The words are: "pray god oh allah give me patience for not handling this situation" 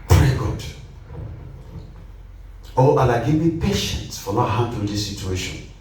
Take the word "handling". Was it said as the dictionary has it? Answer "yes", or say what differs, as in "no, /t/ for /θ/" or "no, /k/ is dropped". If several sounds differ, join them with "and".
no, /l/ is dropped